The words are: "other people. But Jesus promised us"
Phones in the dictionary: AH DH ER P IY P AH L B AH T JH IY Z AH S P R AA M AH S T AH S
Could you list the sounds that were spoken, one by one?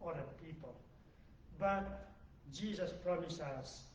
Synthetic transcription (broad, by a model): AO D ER P IY P AH L B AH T JH IY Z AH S P R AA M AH S AH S